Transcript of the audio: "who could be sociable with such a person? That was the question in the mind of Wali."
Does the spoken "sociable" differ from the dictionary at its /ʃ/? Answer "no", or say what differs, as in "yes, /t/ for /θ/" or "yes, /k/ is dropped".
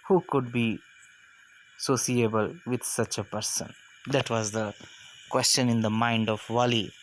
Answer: yes, /s/ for /ʃ/